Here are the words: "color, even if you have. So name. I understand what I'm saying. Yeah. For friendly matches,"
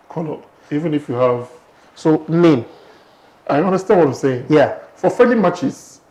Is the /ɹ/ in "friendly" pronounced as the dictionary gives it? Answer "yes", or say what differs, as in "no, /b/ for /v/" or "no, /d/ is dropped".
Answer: no, /ɹ/ is dropped